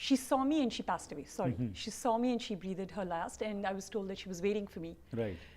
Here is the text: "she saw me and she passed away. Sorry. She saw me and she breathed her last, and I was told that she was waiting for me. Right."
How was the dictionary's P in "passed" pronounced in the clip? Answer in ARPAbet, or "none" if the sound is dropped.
P